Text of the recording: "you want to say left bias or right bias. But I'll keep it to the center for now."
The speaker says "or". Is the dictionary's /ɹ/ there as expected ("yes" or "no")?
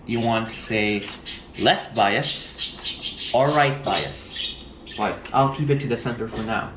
no